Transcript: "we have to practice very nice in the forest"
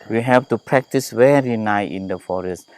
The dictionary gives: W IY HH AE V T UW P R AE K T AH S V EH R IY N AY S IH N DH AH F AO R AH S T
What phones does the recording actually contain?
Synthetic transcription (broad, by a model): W IY HH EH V T UW P R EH K T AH S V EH R IY N AY IH N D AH F AO R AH S T